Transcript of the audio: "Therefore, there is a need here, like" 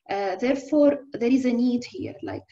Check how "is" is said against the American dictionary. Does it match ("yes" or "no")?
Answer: yes